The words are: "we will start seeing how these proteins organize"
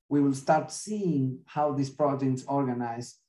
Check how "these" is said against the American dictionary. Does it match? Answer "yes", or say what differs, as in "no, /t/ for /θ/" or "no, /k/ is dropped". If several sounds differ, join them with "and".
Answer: no, /s/ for /z/